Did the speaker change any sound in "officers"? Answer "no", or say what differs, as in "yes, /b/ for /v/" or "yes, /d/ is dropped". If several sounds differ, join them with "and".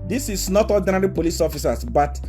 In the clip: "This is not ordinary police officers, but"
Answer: yes, /s/ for /z/